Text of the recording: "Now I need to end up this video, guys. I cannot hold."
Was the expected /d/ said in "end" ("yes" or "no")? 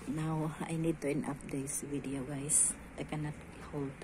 no